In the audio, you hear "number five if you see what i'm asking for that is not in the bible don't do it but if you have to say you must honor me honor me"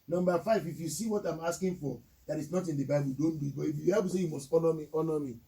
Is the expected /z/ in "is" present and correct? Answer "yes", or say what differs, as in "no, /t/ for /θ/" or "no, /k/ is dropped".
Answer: no, /s/ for /z/